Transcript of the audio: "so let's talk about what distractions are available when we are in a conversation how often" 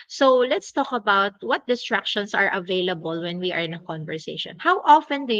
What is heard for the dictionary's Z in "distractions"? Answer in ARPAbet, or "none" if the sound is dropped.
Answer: S